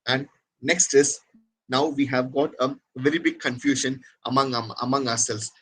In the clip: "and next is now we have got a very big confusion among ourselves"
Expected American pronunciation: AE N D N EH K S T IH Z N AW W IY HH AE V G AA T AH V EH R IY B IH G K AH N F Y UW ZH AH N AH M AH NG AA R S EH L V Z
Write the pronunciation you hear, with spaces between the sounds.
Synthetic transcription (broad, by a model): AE N D N EH K S T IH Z N AW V IY HH AE V G AA T AH V EH R IY B IH G K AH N F Y UW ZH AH N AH M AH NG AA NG S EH L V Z